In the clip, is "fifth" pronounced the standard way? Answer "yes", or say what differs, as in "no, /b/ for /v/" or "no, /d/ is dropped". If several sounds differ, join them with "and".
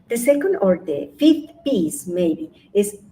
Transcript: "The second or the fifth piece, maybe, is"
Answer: no, /t/ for /θ/